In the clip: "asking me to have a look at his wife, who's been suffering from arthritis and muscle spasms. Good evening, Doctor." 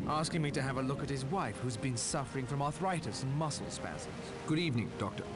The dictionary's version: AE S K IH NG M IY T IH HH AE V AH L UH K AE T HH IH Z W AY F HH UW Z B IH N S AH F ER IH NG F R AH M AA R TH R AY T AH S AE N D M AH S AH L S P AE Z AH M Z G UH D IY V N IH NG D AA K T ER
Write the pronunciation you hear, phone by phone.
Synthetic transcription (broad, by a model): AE S K IH NG M IY T IH V AH L UH K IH T HH IH Z W AY F HH UW Z B IH N S AH F ER IH NG F R AH M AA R TH R AY T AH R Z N M AH S L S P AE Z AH Z G UH D IY V N IH NG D AA K T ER